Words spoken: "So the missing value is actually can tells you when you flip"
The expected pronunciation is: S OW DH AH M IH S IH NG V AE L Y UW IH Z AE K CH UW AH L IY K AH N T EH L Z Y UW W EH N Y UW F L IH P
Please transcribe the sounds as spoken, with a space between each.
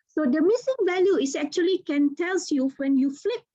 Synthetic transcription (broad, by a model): S OW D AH M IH S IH NG V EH L Y UW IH S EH K CH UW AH L IY K AH N T EH L S Y UW W EH N Y UW F L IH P